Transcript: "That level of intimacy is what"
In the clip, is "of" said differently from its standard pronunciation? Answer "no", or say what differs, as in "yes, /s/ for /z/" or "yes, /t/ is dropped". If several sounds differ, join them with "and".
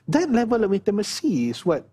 yes, /w/ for /v/